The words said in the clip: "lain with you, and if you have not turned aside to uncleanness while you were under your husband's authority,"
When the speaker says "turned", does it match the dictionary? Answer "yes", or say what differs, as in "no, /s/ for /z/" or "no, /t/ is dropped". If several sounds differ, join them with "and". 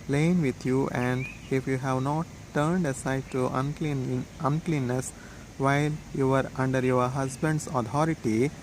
yes